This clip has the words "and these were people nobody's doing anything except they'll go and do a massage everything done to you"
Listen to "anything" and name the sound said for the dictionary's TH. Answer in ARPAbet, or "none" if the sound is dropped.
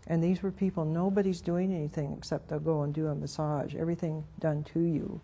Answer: TH